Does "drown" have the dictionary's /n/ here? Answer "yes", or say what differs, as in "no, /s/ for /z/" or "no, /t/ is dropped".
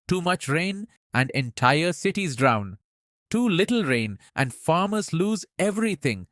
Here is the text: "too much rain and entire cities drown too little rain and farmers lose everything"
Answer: yes